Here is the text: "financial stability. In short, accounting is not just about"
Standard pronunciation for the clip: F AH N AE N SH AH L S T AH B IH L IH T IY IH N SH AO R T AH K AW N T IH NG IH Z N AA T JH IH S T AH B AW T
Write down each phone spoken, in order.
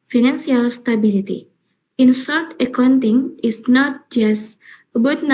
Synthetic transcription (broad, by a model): F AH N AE N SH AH L S T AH B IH L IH T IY IH N S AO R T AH K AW N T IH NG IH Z N AA T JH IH S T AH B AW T